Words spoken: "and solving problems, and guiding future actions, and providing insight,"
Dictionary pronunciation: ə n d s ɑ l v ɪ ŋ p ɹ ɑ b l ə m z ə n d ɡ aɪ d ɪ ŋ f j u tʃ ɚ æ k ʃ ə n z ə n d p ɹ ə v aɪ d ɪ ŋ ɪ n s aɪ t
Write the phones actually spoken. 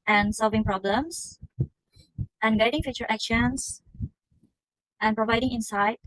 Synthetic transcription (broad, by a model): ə n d s ɑ l v ɪ ŋ p ɹ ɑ b l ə m s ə n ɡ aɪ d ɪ ŋ f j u tʃ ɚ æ k ʃ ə n s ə n p ɹ ə v aɪ d ɪ ŋ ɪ n s aɪ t